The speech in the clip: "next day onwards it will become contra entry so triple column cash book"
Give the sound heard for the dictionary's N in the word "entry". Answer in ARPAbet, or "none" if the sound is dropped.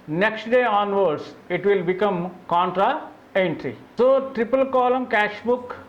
N